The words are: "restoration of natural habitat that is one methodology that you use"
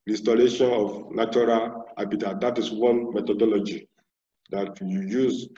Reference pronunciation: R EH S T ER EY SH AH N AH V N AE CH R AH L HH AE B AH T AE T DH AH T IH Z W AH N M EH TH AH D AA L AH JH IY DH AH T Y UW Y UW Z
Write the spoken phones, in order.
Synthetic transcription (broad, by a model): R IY S T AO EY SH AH N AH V N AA CH R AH L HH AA B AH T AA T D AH T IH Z W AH N M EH T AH D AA L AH JH IY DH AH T Y UW Y UW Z